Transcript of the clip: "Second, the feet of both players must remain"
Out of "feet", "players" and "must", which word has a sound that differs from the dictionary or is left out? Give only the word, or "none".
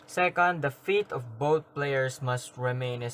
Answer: players